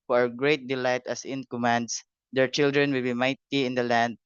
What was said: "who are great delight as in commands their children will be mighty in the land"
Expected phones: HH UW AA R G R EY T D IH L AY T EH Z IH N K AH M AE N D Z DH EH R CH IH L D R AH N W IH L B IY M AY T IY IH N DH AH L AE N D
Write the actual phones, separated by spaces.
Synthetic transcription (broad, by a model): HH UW AA R G R EY T D IH L AY T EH S IH N K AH M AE N D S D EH R CH IH L D R AH N W IH L B IY M AY T IY IH N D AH L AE N D